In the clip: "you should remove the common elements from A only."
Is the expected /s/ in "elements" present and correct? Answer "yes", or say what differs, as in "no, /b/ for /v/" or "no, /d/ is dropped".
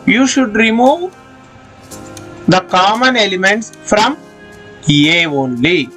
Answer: yes